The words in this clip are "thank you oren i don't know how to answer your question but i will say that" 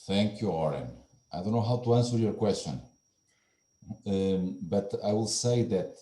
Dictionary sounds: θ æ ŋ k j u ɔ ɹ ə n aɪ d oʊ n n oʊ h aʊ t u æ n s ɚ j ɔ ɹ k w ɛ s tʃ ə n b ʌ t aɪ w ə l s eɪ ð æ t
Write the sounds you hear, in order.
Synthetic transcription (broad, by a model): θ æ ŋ k j u ɔ ɹ ə n aɪ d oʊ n n oʊ h aʊ t u æ n s ɚ j ɔ ɹ k w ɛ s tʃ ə n b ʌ t aɪ w ə l s eɪ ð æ t